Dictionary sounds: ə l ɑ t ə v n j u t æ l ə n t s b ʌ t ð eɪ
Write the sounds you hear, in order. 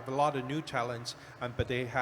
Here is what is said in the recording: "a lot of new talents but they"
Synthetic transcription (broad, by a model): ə l ɑ t ə v n j u t æ l ə n t s b ʌ t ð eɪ